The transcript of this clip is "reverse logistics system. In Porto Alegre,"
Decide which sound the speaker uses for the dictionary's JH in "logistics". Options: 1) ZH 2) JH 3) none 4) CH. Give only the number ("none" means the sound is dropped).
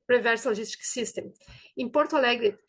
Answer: 1